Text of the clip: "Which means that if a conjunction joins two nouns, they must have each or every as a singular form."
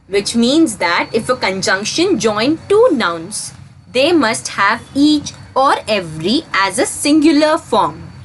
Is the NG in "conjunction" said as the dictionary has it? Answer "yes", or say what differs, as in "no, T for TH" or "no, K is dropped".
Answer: yes